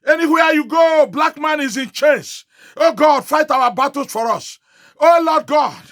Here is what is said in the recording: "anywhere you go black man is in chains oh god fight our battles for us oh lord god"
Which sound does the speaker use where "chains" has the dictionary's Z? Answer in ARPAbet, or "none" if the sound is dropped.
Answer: S